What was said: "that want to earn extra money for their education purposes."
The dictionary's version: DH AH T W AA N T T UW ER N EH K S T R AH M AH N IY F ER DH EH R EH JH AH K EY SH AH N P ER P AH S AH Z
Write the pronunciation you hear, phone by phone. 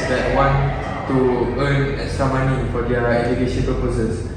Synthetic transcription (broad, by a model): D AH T W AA N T T UW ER N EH S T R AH M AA N IY F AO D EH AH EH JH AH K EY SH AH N P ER P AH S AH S